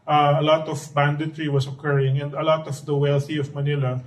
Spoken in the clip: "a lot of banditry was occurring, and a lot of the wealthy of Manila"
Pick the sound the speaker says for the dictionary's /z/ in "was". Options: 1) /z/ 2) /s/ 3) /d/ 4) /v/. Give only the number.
2